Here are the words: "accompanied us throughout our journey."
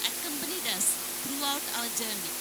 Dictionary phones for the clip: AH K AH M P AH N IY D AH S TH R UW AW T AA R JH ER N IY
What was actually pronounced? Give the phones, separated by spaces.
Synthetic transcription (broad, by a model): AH K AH M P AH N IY D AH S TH R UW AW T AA L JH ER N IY